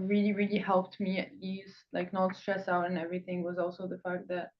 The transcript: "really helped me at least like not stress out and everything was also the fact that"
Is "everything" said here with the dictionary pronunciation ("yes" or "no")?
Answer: yes